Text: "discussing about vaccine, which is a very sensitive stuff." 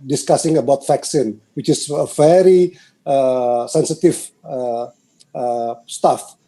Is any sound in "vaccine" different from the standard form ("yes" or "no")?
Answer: yes